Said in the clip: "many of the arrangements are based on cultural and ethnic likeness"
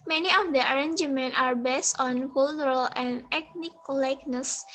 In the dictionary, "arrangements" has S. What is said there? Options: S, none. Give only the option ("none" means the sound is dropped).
none